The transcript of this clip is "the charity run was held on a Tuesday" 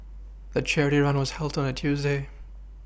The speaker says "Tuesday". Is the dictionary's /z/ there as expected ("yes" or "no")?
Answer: yes